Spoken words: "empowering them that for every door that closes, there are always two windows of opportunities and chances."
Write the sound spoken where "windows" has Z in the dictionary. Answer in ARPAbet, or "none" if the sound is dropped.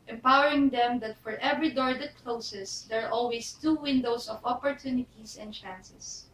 S